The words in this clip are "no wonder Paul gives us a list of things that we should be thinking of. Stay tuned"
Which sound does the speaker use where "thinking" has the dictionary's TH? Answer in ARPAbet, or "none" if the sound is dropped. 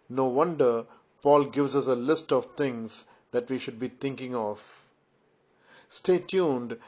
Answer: T